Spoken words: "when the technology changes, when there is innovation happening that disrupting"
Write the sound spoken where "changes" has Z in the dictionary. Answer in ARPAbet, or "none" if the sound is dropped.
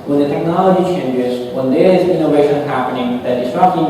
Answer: Z